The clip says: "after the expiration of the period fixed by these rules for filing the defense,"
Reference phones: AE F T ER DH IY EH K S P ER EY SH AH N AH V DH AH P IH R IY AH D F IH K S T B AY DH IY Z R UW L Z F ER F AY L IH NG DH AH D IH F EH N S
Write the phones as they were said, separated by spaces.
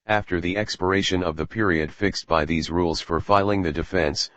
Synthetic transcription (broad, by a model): AE F T ER DH IY EH K S P ER EY SH AH N AH V DH AH P IH R IY AH D F IH K S T B AY DH IY Z R UW L Z F ER F AY L IH NG DH AH D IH F EH N S